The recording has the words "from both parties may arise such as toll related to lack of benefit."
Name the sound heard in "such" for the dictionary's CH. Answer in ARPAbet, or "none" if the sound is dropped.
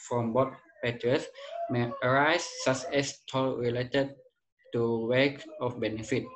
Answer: S